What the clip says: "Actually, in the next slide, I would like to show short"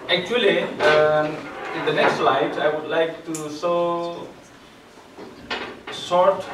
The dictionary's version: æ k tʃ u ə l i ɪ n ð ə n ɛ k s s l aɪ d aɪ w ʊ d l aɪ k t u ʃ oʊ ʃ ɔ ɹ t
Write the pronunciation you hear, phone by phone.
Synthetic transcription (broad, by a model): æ k tʃ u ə l i ɪ n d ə n ɛ k s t l aɪ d aɪ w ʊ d l aɪ k t u s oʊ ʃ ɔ ɹ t